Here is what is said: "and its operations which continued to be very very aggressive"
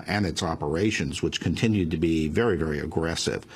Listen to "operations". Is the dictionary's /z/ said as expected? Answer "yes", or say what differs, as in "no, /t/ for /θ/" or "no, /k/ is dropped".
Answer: yes